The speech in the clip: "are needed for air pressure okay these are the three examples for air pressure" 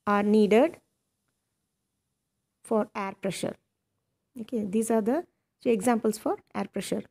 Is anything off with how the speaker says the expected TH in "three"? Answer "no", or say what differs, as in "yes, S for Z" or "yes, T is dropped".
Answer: yes, T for TH